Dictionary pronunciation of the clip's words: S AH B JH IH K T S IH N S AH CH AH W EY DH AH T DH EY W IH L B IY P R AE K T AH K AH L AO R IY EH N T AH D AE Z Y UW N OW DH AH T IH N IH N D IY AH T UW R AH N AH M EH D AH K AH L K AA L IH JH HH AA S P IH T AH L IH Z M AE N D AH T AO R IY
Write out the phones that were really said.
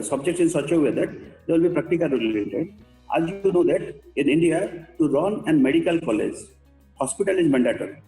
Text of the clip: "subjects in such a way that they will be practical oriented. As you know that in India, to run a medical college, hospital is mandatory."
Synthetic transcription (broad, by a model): S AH B JH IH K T S IH N S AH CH AH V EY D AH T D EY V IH L B IY P R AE K T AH K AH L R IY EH T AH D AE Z Y UW N OW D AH T IH N IH N D IY AH T UW R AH N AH M EH D AH K AH L K AA L IH JH HH AA S P IH T AH L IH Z M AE N D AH T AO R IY